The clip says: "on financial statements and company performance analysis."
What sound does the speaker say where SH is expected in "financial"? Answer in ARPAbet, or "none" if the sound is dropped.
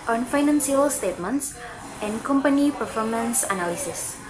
S